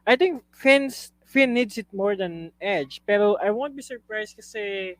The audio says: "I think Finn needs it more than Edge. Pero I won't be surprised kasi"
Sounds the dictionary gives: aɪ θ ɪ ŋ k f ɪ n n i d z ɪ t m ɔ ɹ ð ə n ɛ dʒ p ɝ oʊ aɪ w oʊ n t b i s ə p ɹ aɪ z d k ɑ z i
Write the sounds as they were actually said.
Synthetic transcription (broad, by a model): aɪ t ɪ ŋ k f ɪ n n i d s ɪ t m ɔ ɹ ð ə n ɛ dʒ p ɝ oʊ aɪ w oʊ n t b i s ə p ɹ aɪ s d k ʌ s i